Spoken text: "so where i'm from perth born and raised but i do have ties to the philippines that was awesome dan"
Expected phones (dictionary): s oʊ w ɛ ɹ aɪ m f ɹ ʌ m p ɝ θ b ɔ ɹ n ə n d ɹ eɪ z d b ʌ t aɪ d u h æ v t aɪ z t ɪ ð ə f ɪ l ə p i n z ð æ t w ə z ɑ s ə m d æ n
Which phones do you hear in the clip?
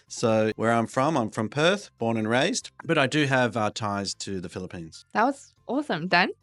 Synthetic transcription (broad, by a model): s oʊ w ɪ ɹ aɪ m f ɹ ʌ m p ɝ θ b ɔ ɹ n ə n ɹ eɪ z d b ʌ t aɪ d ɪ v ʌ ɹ t aɪ z t ɪ ð ə f ɪ l ə p i n z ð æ t w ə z ɑ s ə m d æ n